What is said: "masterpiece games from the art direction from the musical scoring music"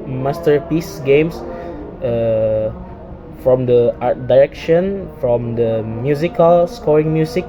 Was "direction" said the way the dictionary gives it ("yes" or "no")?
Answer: yes